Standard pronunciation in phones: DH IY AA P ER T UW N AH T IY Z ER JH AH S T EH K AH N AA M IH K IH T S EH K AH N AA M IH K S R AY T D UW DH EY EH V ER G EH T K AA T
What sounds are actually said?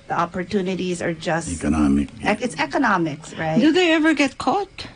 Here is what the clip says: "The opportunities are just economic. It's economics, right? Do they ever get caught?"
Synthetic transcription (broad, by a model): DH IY AA P ER T UW N AH T IY Z ER JH AH S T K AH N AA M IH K IH T S EH K AH N AA M IH K S R AY T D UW DH EY EH V ER G EH T K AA T